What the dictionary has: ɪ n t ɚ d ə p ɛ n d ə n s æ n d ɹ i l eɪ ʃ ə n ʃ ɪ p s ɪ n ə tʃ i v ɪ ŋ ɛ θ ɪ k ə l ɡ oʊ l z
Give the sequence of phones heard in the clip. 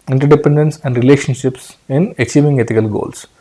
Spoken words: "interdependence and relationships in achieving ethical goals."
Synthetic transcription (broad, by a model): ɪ n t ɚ d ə p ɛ n d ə n s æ n d ɹ i l eɪ ʃ ə n ʃ ɪ p s ɪ n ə s i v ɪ ŋ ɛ t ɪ k ə l ɡ oʊ l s